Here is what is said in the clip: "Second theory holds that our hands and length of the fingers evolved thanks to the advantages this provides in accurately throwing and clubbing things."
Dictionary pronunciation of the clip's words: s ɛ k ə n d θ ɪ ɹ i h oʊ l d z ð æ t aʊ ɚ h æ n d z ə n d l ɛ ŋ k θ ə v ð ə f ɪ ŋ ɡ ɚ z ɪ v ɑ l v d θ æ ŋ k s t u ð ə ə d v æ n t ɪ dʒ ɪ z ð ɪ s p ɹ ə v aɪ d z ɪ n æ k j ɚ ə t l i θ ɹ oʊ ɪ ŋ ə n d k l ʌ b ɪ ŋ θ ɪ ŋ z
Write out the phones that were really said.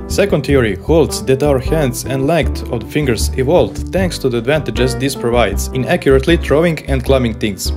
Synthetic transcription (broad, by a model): s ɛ k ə n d t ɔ ɹ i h oʊ l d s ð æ t aʊ ɚ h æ n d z ə n d l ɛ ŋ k t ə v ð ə f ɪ ŋ ɡ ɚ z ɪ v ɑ l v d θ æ ŋ k s t u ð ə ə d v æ n t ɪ dʒ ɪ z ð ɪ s p ɹ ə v aɪ d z ɪ n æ k j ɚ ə t l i t ɹ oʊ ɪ ŋ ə n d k l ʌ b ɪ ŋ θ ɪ ŋ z